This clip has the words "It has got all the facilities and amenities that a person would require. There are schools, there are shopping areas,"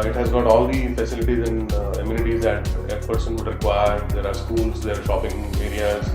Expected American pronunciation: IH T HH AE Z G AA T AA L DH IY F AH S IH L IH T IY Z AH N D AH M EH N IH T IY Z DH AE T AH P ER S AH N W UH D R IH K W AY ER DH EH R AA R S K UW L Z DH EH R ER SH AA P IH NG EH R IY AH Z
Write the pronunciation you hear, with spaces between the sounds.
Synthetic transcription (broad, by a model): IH T HH AE Z G AA T AA L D IY F AH S IH L IH T IY Z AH N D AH M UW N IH T IY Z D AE T AH P ER S AH N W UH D R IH K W AY ER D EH R AA R S K UW L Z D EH R SH AA P IH NG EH R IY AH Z